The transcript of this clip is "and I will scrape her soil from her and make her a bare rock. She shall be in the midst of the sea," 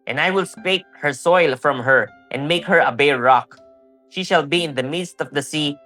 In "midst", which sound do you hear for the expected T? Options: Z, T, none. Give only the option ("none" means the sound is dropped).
T